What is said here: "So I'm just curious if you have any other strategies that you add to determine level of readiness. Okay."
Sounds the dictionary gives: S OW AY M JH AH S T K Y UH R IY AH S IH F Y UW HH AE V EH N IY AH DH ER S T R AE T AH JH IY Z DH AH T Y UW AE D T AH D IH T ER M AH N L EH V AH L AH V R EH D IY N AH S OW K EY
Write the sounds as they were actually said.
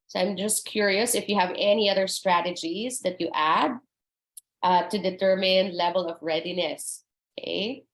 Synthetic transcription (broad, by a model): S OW AY M JH AH S T K Y UH R IY AH S IH F Y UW HH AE V EH N IY AH DH ER S T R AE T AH JH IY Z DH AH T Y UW AE D T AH D IH T ER M AH N L EH V AH L AH V R EH D IY N AH S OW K EY